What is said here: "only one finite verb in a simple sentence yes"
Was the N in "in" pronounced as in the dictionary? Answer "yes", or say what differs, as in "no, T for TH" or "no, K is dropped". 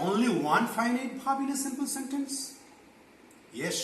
no, L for N